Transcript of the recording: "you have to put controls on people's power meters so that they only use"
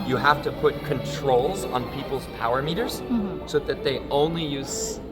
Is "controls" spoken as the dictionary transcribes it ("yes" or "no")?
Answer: yes